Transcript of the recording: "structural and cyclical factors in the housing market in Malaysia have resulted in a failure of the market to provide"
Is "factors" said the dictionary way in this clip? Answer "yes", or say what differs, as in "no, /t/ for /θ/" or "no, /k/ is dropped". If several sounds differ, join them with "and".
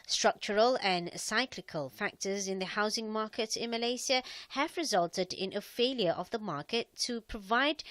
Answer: yes